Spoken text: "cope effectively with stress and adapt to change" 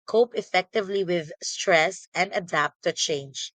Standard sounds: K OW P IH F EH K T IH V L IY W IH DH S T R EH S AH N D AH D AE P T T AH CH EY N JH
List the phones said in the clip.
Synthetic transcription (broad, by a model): K OW P IH F EH K T IH V L IY W IH DH S T R EH S AH N D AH D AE P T T AH CH EY N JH